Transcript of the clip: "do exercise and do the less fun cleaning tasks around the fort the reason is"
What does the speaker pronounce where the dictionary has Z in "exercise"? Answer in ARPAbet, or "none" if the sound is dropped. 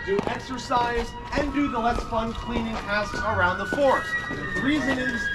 Z